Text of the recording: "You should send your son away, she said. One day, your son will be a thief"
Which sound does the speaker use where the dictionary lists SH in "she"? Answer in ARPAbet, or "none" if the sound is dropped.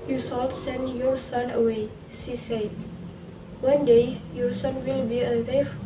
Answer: S